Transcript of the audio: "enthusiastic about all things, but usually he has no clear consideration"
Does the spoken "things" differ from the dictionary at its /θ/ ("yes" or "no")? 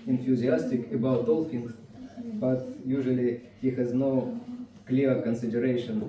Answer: yes